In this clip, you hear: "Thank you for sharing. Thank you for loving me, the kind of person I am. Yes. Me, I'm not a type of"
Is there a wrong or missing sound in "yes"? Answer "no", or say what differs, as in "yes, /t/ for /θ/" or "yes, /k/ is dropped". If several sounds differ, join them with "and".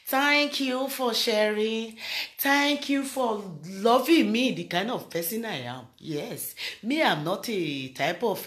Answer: no